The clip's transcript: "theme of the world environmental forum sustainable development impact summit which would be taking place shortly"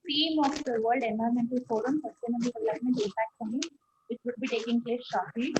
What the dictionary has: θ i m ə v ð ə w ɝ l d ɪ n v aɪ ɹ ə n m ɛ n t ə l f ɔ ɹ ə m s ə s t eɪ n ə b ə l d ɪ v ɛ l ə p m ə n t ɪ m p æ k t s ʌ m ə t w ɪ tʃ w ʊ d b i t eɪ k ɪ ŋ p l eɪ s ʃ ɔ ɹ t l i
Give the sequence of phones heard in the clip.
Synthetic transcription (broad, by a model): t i m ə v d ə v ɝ l d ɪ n aɪ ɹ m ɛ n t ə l f ɔ ɹ ə m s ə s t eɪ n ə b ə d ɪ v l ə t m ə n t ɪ p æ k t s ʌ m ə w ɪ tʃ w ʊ d b i t eɪ k ɪ ŋ p l eɪ s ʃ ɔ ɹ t l i